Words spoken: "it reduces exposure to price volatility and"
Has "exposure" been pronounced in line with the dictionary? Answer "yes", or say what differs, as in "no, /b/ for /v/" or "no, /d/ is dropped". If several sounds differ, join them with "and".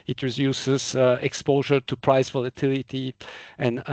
yes